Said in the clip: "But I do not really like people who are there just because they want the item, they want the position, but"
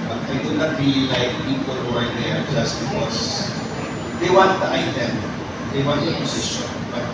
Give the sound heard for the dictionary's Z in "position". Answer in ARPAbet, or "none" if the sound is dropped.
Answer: S